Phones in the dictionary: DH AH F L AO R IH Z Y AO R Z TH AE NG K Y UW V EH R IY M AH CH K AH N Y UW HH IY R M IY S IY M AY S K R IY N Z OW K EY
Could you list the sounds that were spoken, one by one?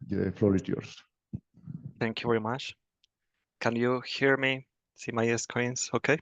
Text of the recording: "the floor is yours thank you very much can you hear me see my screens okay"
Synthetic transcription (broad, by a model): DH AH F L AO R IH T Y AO R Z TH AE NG K Y UW V EH R IY M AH CH K AH N Y UW HH IY R M IY S IY M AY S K IY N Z OW K EY